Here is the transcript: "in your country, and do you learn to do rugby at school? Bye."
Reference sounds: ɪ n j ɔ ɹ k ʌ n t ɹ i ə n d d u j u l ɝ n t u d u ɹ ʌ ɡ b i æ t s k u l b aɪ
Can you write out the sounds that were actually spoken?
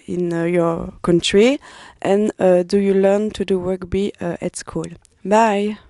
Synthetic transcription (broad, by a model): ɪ n j ɔ ɹ k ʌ n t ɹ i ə n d d u j u l ɝ n t u d u w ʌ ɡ b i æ t s k u l b aɪ